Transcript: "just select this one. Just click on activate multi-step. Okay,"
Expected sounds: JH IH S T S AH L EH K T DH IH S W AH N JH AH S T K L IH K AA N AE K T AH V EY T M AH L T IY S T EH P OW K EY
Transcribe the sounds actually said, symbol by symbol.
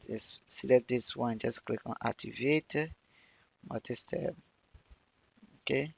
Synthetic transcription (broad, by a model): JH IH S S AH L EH T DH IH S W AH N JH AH S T K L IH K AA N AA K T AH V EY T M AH T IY S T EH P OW K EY